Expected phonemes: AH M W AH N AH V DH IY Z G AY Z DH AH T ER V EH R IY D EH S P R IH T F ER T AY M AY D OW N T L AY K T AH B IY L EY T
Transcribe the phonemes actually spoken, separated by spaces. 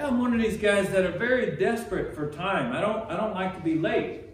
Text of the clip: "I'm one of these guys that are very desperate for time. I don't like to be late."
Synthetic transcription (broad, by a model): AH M W AH N AH V DH IY Z G AY Z DH AH T ER V EH R IY D EH S P R IH T F ER T AY M AY D OW N T L AY K T AH B IY L EY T